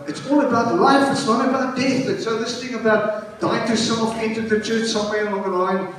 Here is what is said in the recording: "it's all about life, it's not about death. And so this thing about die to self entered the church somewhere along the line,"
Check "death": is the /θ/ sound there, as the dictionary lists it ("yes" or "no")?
yes